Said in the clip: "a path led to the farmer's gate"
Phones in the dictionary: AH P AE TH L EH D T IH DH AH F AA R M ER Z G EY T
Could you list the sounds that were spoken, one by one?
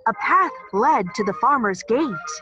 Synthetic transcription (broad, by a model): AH P AE TH L EH D T IH DH AH F AA R M ER Z G EY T